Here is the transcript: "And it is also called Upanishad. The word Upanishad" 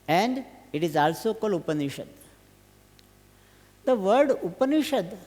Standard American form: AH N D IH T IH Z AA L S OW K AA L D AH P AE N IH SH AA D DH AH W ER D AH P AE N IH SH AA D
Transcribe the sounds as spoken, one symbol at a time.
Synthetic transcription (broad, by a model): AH N D IH T IH Z AA L S OW K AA L AH P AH N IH SH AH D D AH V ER D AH P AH N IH SH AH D